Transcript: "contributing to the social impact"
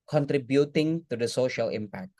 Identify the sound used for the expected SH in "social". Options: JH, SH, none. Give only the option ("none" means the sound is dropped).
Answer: SH